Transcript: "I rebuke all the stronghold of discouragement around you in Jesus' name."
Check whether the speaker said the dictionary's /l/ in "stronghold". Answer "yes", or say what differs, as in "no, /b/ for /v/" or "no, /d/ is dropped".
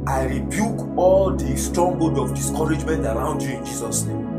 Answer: no, /l/ is dropped